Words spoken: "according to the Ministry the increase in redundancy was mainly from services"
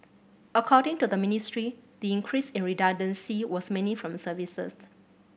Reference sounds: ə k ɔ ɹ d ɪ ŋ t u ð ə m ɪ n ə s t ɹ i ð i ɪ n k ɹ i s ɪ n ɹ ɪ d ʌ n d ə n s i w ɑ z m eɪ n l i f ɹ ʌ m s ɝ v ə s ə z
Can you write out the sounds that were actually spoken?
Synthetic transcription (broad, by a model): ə k ɔ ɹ d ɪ ŋ t u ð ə m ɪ n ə s t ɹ i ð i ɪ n k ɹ i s ɪ n ɹ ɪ d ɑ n d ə n s i w ɑ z m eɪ n i f ɹ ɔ m s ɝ v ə s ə s